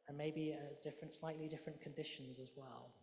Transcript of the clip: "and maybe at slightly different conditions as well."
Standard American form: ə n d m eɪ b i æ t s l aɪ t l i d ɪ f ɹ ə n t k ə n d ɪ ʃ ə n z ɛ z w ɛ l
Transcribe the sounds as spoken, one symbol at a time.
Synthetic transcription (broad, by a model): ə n m eɪ b i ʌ t s l aɪ t l i d ɪ f ɹ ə n k ə n d ɪ ʃ ə n z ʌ z w ɛ l